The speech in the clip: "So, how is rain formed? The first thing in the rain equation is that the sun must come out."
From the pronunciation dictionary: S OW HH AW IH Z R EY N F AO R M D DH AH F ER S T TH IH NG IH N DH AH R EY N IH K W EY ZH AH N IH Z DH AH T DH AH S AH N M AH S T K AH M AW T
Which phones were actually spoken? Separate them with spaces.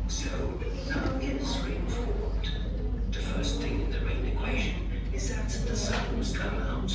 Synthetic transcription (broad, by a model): S OW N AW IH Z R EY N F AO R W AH DH AH F ER S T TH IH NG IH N DH AH R EY N IH K W EY ZH AH N IH Z DH AH T DH AH S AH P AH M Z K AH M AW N